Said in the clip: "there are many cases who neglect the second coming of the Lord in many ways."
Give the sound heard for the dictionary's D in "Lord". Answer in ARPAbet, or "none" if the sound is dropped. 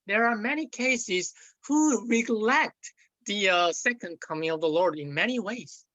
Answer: D